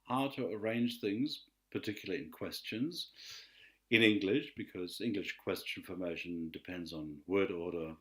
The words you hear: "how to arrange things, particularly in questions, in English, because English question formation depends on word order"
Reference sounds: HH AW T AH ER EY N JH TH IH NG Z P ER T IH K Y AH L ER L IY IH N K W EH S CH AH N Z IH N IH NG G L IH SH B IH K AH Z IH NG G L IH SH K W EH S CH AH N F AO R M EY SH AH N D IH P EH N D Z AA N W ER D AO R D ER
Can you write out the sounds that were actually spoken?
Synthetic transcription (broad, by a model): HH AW T AH ER EY N JH TH IH NG Z P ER T IH K Y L L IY IH N K W EH S CH AH N Z IH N IH NG G L IH SH B IH K AH Z IH NG G L IH SH K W EH S CH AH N F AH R M EY SH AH N D IH P EH N D Z N W ER D AO R D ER